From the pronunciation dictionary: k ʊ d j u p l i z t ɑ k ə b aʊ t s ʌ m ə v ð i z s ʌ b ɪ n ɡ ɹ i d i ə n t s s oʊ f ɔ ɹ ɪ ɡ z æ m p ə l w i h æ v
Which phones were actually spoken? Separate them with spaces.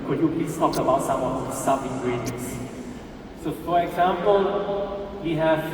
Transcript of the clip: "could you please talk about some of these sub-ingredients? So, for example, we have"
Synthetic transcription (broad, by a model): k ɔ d j u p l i s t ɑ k ə b aʊ t s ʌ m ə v s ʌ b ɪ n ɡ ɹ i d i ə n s s oʊ f ɔ ɹ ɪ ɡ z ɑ m p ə l w i h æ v